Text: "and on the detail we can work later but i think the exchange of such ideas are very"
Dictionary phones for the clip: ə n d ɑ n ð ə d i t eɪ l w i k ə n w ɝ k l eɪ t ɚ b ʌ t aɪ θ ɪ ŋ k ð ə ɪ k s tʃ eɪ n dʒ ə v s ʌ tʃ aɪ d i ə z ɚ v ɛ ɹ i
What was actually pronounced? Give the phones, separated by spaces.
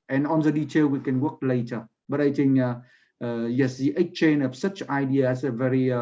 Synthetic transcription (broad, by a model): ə n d ɑ n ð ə d i t eɪ l w i k ə n w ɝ k l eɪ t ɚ b ʌ t aɪ t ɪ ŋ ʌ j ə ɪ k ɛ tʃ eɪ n ə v s ʌ tʃ aɪ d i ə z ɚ v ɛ ɹ i